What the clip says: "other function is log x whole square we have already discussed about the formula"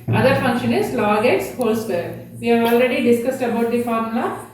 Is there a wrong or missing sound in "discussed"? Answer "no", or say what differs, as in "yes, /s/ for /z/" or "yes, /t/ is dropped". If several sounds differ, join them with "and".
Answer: no